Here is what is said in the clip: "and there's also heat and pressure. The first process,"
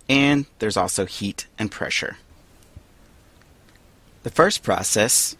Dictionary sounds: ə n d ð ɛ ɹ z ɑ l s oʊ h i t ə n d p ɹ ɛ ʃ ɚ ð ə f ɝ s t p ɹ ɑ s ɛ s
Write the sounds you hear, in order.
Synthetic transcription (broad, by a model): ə n ð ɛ ɹ z ɑ l s oʊ h i t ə n p ɹ ɛ ʃ ɚ ð ə f ɝ s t p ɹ ɑ s ɛ s